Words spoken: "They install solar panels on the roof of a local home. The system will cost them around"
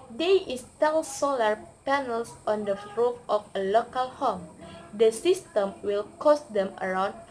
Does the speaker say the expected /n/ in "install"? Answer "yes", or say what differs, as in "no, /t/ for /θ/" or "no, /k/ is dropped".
no, /n/ is dropped